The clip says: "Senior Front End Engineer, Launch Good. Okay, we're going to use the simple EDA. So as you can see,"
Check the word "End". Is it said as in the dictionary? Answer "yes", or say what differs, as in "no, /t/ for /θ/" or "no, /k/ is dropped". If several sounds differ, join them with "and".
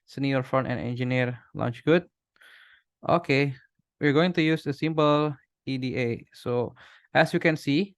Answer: no, /d/ is dropped